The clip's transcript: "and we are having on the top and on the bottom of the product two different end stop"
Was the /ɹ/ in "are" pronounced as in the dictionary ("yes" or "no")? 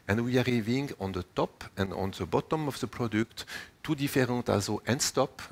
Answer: yes